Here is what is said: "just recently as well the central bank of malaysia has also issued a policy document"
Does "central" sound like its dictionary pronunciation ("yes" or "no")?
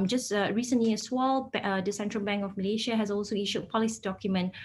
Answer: yes